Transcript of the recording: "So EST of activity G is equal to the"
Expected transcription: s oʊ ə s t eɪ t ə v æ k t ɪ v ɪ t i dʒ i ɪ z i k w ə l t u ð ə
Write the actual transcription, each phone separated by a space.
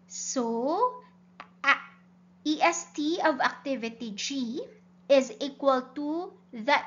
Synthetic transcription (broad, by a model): s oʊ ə s t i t ə v æ k t ɪ v ɪ t i dʒ i ɪ z i k w ə l t u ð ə